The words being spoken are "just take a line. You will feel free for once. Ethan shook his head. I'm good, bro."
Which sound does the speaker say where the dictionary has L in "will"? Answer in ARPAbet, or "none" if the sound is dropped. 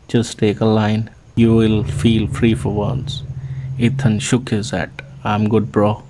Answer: L